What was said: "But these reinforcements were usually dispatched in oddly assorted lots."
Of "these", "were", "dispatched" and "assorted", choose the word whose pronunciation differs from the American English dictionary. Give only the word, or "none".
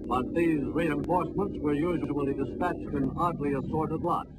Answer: none